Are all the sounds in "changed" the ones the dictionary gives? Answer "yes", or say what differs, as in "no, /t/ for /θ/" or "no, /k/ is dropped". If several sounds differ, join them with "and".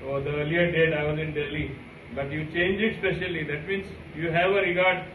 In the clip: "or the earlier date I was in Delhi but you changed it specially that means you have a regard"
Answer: no, /d/ is dropped